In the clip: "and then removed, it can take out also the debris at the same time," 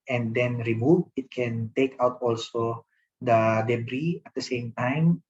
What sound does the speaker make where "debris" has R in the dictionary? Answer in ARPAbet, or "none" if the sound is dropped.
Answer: R